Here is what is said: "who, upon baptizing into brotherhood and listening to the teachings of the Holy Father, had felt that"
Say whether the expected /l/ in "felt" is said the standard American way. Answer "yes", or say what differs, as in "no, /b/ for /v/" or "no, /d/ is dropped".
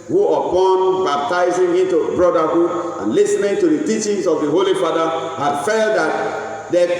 yes